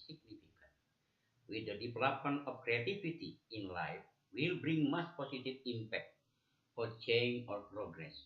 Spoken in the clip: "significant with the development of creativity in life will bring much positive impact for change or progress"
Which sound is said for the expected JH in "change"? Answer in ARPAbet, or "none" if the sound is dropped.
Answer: none